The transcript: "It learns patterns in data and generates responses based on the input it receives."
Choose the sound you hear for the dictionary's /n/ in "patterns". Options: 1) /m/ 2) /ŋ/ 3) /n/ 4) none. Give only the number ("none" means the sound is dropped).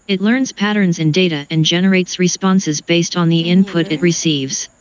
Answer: 3